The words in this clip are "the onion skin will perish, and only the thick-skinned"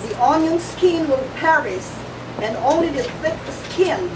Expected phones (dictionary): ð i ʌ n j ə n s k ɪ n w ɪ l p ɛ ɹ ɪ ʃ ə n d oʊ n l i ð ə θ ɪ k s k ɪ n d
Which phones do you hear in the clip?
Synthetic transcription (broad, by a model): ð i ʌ n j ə n s k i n w ɪ l p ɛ ɹ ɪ s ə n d oʊ n l i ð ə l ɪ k s k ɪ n